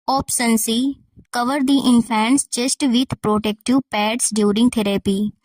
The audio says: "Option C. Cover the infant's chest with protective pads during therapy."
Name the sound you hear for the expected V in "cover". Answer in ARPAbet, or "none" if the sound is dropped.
V